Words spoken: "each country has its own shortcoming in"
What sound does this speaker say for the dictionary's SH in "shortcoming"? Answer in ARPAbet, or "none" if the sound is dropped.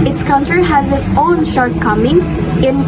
SH